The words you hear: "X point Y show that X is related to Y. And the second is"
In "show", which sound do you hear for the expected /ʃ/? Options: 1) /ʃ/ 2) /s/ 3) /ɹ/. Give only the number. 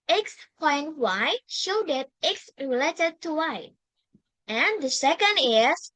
1